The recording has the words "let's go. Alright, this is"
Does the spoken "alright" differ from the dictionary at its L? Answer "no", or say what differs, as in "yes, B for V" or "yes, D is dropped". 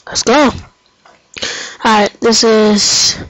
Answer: yes, L is dropped